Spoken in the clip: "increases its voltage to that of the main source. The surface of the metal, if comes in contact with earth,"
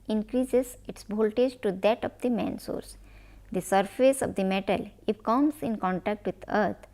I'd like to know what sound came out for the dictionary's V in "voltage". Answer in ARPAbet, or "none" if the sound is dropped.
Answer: B